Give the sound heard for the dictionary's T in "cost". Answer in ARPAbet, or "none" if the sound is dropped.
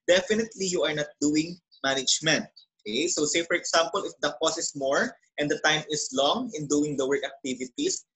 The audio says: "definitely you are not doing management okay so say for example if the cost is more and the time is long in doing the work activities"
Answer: none